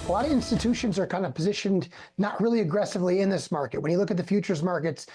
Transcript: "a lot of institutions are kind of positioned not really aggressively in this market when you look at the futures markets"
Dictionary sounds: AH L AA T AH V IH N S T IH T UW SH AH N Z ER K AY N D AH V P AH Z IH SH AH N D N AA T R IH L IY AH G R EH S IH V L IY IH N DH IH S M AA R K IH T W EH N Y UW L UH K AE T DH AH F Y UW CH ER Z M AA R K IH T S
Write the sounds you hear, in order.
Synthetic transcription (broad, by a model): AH L AA T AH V IH N S T IH T UW SH AH N Z ER K AY N D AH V P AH Z IH SH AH N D N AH T R IH L IY AH G R EH S IH V L IY IH N DH IH S M AA R K IH T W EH N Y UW L UH K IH T DH AH F Y UW CH ER Z M AA R K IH T S